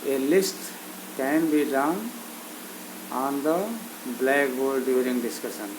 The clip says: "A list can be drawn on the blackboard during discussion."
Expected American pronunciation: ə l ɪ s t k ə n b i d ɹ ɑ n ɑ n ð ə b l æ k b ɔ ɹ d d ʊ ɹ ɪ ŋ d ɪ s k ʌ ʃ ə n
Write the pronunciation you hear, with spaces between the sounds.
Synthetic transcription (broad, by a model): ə l ɪ s t k ə n b i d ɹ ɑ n ɑ n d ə b l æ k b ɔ l d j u ɹ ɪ ŋ d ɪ s k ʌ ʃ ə n